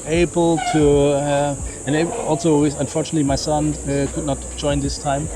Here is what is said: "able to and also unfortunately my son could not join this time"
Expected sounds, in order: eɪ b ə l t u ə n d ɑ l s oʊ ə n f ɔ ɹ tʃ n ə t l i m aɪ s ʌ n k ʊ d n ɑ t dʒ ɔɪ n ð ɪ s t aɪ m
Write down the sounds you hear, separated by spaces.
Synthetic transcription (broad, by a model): eɪ b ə l t u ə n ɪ ɑ l s oʊ ə n f ɔ ɹ tʃ n ə t l i m aɪ s ʌ n k ʊ d n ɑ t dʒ ɔɪ n ð ɪ s t aɪ m